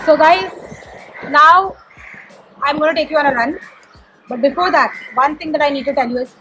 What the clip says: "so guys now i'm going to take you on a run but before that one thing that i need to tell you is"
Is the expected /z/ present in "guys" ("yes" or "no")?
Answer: no